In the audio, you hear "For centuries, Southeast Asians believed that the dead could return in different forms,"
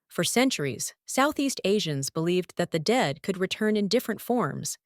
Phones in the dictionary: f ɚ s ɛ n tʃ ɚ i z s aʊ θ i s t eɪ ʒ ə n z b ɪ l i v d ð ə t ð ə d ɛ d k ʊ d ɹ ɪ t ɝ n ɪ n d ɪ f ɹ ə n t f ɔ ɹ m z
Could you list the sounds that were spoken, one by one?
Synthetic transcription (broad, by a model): f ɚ s ɛ n tʃ ɚ i z s aʊ θ i s t eɪ ʒ ə n z b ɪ l i v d ð ə t ð ə d ɛ d k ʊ d ɹ ɪ t ɝ n ɪ n d ɪ f ɹ ə n t f ɔ ɹ m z